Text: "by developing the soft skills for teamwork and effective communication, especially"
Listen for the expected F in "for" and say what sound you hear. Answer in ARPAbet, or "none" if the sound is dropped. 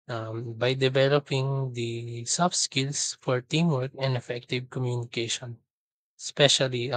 F